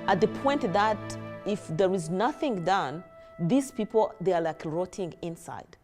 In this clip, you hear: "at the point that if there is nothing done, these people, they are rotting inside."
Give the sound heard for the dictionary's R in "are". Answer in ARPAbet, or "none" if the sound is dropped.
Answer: L